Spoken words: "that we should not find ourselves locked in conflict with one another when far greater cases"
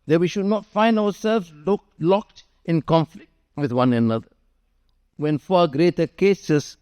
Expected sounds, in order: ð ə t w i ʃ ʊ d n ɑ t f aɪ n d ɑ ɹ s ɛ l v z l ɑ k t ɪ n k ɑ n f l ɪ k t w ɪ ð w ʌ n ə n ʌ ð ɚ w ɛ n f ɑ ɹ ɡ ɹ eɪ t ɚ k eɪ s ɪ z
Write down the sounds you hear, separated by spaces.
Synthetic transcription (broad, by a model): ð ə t w i ʃ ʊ d n ɑ t f aɪ n d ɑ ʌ s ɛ l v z l ɑ k t ɪ n k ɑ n f l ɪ k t w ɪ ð w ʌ n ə n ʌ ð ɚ w ɛ n f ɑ ɡ ɹ eɪ t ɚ k eɪ s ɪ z